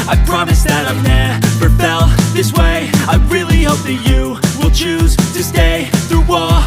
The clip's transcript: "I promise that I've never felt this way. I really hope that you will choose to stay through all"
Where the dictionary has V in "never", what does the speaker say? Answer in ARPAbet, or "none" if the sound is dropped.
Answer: F